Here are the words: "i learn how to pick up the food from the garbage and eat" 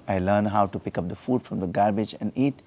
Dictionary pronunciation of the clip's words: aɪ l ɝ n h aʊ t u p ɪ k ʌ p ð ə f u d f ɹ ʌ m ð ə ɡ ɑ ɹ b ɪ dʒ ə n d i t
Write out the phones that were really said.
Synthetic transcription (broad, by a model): aɪ l ɝ n h aʊ t u p ɪ k ʌ p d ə f u d f ɹ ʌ m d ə ɡ ɑ ɹ b ɪ dʒ ə n d i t